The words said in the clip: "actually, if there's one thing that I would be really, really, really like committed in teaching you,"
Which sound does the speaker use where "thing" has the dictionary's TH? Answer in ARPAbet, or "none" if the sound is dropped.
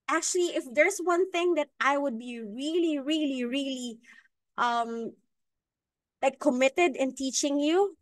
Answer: TH